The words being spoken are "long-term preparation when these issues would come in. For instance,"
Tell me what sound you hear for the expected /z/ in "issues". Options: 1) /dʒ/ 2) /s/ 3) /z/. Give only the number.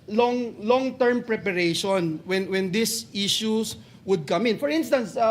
2